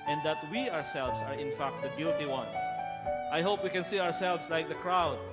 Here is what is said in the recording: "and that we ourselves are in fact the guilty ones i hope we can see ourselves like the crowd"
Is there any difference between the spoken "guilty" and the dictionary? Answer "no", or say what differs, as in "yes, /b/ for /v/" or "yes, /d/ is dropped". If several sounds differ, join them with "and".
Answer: yes, /l/ is dropped